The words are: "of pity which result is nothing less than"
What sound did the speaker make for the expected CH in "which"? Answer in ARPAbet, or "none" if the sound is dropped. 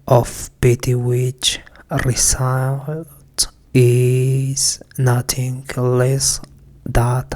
CH